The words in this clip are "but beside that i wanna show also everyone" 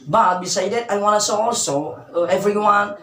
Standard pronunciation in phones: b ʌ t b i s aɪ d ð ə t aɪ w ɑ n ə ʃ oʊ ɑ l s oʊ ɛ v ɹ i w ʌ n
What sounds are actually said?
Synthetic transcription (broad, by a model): b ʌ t b i s aɪ d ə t aɪ w ɑ n ə s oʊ ɑ l s oʊ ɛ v ɹ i w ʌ n